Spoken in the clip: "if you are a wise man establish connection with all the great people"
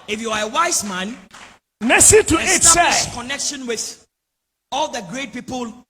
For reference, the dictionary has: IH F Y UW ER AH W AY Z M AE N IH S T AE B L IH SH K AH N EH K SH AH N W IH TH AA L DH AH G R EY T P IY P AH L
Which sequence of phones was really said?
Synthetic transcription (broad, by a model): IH F Y UW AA AH W AY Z M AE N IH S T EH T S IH S K AH N EH K SH AH N W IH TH AA L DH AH G R EY T P IY P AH L